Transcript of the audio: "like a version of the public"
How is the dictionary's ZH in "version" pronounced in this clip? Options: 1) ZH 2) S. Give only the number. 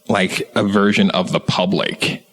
1